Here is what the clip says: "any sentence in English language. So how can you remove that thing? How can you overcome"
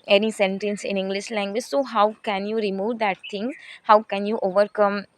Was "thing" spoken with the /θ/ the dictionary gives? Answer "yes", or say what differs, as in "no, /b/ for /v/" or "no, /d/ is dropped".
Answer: no, /t/ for /θ/